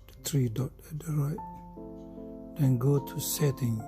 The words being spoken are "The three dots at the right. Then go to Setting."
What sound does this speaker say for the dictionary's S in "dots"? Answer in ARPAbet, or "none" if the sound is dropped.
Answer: none